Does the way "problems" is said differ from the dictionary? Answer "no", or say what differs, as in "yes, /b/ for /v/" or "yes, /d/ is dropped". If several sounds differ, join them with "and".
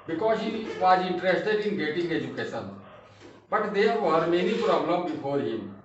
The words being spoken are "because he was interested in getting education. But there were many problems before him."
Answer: yes, /z/ is dropped